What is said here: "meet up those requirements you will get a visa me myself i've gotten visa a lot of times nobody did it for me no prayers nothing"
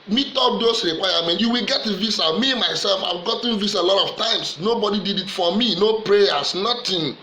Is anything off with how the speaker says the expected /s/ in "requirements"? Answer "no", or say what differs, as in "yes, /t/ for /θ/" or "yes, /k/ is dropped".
yes, /s/ is dropped